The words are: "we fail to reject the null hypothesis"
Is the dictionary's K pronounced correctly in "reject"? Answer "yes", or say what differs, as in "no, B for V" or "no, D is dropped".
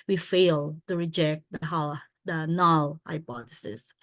yes